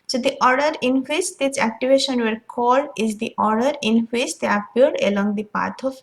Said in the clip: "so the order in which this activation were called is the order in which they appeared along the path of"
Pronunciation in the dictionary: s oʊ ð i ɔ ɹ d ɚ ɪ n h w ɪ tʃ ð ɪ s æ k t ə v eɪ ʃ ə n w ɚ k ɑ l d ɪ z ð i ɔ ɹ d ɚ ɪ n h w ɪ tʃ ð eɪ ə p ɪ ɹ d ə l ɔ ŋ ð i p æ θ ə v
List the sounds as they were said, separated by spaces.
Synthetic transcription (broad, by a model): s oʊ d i ɔ ɹ d ɚ ɪ n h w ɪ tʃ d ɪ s æ k t ə v eɪ ʃ ə n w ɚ k ɑ l d ɪ z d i ɔ ɹ d ɚ ɪ n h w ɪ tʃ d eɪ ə p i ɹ d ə l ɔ ŋ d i p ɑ t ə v